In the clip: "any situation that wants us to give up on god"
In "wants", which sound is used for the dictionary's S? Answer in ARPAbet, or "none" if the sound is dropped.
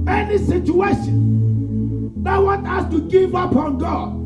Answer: none